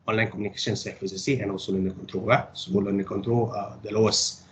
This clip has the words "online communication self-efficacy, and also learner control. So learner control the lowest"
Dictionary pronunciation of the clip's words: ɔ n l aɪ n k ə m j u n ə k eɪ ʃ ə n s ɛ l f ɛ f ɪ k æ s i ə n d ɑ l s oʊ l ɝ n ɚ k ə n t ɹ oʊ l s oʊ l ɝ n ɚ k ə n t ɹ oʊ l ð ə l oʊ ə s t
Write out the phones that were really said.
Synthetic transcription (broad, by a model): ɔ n l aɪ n k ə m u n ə k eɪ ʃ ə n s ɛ f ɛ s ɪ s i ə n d ɑ l s oʊ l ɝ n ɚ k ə n t ɹ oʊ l s oʊ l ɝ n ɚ k ə n t ɹ oʊ l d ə l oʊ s